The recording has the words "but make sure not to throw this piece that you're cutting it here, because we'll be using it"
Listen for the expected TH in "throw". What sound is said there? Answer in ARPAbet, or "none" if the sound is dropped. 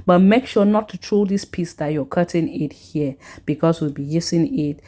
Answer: T